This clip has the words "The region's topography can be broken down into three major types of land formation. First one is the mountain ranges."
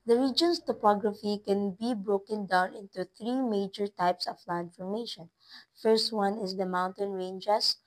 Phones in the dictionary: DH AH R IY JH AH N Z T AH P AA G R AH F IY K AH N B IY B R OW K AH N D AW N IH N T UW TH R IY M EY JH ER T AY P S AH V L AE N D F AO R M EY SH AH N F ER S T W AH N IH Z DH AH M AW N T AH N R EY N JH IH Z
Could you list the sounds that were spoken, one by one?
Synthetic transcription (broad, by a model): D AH R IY JH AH N S T AH P AA G R AH F IY K AH N B IY B R OW K AH N D AW N IH N T UW TH R IY M EY JH ER T AY P S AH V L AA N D F AO R M EY SH AH N F ER S T W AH N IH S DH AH M AW N T AH N R EY N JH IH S